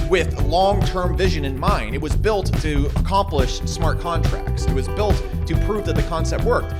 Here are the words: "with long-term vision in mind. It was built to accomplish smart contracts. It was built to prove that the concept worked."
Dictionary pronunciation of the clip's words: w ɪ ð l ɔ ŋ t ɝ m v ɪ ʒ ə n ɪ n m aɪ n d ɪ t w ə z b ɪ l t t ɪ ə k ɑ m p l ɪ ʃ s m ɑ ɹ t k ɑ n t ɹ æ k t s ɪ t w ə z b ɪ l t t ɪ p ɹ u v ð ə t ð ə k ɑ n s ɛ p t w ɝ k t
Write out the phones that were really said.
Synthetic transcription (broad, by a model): w ɪ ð l ɔ ŋ t ɝ m v ɪ ʒ ə n ɪ n m aɪ n d ɪ t w ə z b ɪ l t t ɪ ə k ɑ m p l ɪ ʃ s m ɑ ɹ t k ɑ n t ɹ æ k t s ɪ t w ə z b ɪ l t t ɪ p ɹ u v ð ə t ð ə k ɑ n s ɛ p t w ɝ k t